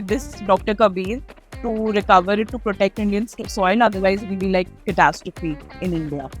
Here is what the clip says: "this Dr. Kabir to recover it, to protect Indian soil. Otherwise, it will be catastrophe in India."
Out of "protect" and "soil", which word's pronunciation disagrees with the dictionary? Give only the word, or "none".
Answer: soil